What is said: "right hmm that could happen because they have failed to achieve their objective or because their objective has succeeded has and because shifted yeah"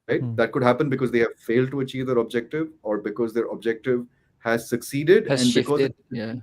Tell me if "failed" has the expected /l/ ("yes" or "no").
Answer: yes